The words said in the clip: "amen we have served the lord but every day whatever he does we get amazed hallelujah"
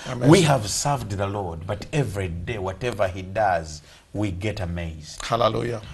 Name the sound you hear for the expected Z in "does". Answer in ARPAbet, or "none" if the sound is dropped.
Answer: Z